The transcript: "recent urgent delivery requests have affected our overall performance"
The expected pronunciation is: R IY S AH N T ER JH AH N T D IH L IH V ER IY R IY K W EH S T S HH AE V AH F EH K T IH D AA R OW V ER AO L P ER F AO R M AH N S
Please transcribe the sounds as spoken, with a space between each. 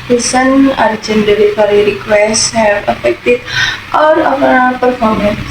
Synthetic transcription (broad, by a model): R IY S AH N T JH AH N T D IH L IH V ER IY R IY K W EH S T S HH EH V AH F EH K T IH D AA R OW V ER P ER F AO R M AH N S